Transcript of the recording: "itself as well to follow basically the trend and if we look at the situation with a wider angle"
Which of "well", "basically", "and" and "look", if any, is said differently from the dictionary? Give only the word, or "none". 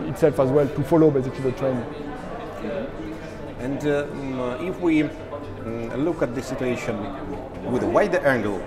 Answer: basically